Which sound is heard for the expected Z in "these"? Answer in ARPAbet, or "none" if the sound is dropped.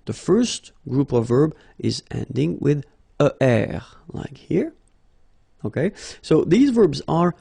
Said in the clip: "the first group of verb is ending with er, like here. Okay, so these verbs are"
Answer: Z